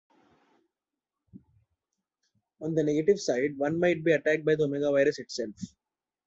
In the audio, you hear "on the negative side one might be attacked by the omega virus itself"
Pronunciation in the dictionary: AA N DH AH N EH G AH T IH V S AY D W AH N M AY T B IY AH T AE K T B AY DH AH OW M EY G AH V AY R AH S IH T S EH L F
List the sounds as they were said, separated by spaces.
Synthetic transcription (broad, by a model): AA N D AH N EH G AH T IH V S AY D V AH N M AY T B IY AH T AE K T B AY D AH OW M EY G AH V AY R AH S IH T S EH L F